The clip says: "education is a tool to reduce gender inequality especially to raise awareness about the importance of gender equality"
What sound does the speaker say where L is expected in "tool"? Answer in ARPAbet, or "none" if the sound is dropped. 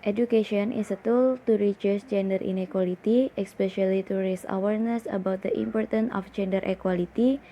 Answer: L